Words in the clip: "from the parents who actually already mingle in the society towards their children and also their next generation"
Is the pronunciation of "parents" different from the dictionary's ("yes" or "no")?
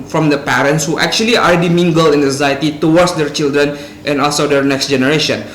no